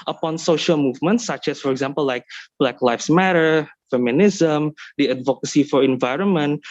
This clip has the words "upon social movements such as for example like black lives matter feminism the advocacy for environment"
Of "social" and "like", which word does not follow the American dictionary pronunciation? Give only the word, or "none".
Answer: none